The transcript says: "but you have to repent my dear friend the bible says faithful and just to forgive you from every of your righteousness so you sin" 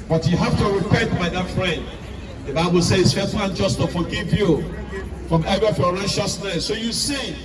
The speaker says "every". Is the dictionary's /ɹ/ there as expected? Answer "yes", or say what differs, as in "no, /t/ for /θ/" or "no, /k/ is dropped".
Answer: no, /ɹ/ is dropped